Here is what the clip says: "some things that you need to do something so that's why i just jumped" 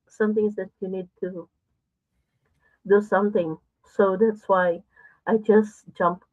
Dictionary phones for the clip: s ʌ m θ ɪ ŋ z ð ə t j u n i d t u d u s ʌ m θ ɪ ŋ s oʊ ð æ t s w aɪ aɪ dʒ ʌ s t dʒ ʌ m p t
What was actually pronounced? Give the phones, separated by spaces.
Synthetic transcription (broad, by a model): s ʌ m t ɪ ŋ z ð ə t j u n i d t u d u s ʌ m t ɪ ŋ s oʊ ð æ t s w aɪ aɪ dʒ ʌ s t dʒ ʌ m p